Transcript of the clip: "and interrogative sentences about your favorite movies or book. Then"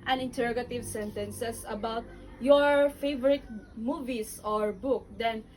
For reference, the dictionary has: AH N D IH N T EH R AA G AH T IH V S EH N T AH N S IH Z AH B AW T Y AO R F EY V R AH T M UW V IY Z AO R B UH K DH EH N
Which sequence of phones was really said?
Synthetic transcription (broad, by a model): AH N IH N T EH R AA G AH T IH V S EH N T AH N S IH S AH B AW T Y AO R F EY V R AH T M UW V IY S AO R B UH K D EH N